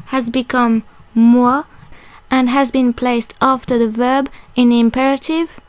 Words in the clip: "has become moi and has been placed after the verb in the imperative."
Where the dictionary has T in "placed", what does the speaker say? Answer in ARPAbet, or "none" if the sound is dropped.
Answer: T